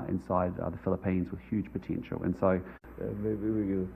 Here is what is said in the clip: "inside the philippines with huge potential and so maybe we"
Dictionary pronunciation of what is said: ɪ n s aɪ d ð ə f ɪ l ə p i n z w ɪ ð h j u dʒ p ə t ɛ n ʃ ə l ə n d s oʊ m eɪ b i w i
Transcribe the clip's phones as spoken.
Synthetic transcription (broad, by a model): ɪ n s aɪ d ð ə f ɪ l ə p i n z w ɪ ð h j u dʒ p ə t ɛ n ʃ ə l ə n s oʊ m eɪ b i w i